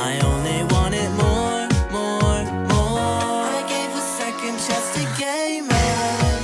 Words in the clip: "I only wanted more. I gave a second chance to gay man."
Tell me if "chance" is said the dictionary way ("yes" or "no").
no